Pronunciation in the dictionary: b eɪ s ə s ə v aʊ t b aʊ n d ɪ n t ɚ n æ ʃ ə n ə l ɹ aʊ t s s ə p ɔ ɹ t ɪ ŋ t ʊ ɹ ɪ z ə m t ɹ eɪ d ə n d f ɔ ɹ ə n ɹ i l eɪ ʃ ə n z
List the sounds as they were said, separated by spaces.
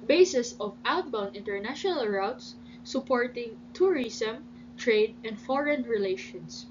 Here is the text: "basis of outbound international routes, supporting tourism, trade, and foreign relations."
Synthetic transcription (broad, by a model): b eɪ s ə s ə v aʊ t b aʊ n d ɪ n t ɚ n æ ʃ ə n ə l ɹ aʊ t s s ə p ɔ ɹ t ɪ ŋ t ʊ ɹ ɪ s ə m t ɹ eɪ d ə n d f ɔ ɹ ə n ɹ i l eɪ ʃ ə n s